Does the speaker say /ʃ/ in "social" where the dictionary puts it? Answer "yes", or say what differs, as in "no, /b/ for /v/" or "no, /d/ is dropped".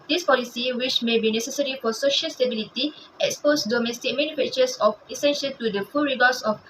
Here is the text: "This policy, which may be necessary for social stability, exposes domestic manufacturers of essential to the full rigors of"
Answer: yes